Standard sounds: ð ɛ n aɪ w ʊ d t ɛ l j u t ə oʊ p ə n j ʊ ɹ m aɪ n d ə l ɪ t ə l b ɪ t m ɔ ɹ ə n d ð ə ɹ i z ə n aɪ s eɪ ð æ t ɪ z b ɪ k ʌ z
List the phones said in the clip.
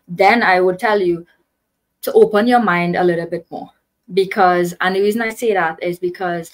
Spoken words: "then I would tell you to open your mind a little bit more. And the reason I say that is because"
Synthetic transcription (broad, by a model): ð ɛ n aɪ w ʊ d t ɛ l j u t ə oʊ p ə n j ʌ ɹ m aɪ n d ə l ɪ t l b ɪ t m ɔ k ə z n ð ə ɹ i z ə n aɪ s eɪ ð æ t ɪ z b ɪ k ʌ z